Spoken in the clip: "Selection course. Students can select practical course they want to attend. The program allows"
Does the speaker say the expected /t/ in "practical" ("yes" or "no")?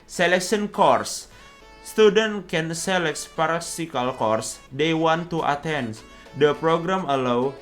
no